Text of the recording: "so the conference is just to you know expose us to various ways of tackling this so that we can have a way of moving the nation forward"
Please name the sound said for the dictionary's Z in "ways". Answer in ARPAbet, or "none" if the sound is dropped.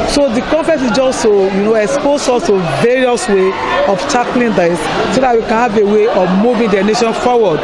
none